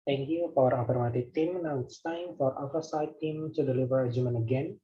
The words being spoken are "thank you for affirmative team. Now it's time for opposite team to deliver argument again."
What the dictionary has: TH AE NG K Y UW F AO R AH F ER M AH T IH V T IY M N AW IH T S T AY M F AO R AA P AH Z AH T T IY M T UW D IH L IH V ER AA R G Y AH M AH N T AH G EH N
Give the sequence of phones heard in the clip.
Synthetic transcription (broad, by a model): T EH NG K Y UW F AO R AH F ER M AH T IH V T IY M N AW IH T S T AY M F AO R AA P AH S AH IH T IY M T UW D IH L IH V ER R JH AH M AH N AH G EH N